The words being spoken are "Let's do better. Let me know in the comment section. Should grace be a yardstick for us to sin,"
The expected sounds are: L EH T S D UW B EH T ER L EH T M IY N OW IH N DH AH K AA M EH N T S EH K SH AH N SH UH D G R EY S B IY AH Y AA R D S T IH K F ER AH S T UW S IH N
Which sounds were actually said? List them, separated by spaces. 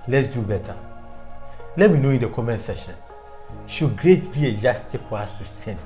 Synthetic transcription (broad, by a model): L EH T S D UW B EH T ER L EH T M IY N OW IH N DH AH K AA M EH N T S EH SH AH N SH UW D G R EY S B IY AH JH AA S T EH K F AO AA S T UW S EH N